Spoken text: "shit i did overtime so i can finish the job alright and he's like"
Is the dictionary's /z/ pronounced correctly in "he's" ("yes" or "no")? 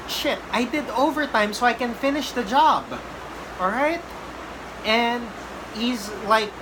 yes